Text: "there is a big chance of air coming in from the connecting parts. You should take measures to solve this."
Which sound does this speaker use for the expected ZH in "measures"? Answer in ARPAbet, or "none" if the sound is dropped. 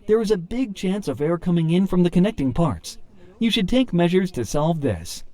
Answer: ZH